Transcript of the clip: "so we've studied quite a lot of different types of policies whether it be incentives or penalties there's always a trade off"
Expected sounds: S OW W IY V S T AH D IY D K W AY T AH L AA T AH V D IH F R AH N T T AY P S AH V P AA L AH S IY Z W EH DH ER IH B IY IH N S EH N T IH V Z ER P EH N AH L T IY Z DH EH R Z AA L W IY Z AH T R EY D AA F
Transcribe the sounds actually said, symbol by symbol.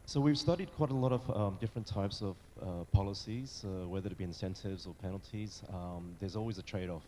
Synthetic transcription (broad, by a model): S OW W IY V S T AH D IY D K W AY T AH L AA T AH V D IH F R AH N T T AY P S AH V P AA L AH S IY Z W EH DH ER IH B IY IH N S EH N T IH V Z ER P EH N L T IY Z DH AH R Z AA L W IY Z AH T R EY D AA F